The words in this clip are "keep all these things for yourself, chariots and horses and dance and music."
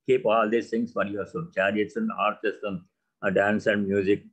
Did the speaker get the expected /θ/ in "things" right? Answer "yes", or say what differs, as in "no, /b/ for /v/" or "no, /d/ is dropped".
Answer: no, /s/ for /θ/